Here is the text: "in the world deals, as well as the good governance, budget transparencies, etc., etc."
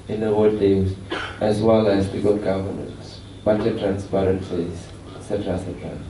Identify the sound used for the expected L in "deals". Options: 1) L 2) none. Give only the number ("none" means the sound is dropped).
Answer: 2